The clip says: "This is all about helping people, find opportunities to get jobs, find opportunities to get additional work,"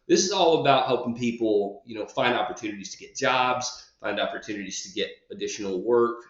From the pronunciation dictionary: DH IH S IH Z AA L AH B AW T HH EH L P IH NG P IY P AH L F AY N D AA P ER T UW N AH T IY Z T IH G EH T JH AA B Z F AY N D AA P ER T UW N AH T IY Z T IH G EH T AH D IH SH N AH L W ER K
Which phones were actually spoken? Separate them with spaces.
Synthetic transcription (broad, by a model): DH IH S IH Z AA L AH B AW T HH EH L P IH NG P IY P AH N F AY N D AA P ER T UW N AH T IY Z T IH G EH T JH AA B Z F AY N D AA P ER T UW N AH T IY Z T IH G EH T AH D IH SH N L W ER K